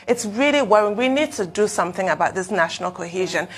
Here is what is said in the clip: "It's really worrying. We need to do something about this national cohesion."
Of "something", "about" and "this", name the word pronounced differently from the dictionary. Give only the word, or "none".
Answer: none